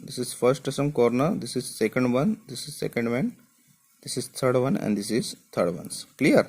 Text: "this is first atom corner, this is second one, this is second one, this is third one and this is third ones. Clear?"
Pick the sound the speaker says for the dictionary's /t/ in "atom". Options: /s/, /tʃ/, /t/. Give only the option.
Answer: /s/